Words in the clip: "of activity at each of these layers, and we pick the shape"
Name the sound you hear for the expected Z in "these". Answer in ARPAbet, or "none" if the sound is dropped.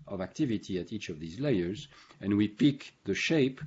Z